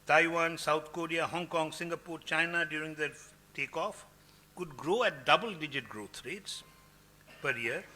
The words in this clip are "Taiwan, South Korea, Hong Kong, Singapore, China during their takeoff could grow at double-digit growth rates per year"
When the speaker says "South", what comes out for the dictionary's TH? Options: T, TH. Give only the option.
T